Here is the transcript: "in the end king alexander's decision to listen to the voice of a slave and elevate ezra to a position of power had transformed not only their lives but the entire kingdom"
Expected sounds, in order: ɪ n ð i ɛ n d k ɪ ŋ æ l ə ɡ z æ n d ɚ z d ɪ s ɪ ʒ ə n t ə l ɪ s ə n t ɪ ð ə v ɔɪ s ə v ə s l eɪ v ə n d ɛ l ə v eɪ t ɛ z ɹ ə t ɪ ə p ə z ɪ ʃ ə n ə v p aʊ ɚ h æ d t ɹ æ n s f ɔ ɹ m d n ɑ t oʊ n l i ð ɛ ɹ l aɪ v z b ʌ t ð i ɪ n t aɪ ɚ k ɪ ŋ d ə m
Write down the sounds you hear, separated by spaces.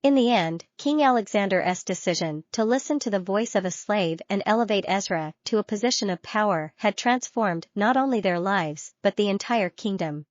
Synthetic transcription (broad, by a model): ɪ n ð i ɛ n d k ɪ ŋ æ l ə ɡ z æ n d ɚ s d ɪ s ɪ ʒ ə n t ə l ɪ s ə n t ɪ ð ə v ɔɪ s ə v ə s l eɪ v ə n ɛ l ə v eɪ t ɛ z ɹ ə t ɪ ə p ə z ɪ ʃ ə n ə v p aʊ ɚ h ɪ d t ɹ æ n s f ɔ ɹ m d n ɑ t oʊ n l i ð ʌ ɹ l aɪ v z b ʌ t ð i ɪ n t aɪ ɚ k ɪ ŋ d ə m